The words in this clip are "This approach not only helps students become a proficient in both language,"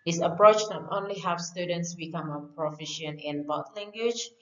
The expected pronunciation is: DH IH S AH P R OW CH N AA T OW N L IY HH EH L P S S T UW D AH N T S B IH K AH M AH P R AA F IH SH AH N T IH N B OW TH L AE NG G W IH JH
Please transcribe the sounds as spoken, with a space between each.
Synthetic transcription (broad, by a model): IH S AH P R OW CH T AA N OW N L IY HH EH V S S T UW D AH N T S B IH K AH M AH P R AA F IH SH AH N IH N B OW T L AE NG G W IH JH